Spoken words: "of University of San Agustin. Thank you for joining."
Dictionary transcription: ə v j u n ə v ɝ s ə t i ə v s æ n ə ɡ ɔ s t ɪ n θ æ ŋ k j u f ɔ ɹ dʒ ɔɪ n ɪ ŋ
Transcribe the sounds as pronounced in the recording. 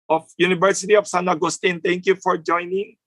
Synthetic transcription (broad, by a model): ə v j u n ə v ɝ s ə t i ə f s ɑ n ə ɡ ɔ s t ɪ n t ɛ ŋ k j u f ɔ ɹ dʒ ɔɪ n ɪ ŋ